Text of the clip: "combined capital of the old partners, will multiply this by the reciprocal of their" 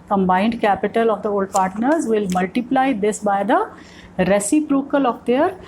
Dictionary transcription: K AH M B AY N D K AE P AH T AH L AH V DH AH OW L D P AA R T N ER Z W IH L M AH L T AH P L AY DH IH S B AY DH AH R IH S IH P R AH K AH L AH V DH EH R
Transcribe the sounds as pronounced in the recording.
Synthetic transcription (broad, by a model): K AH M B AY N D K AE P AH T AH L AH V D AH OW L D P AA R T N ER Z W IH L M AH L T AH P L AY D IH S B AY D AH R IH S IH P R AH K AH L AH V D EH R